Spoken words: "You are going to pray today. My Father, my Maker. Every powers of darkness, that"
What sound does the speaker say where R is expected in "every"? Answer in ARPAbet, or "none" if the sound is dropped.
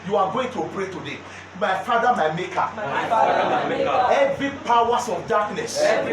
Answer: none